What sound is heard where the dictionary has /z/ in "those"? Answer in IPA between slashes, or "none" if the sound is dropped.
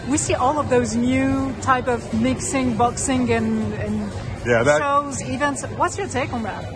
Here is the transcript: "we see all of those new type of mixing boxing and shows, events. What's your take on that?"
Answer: /z/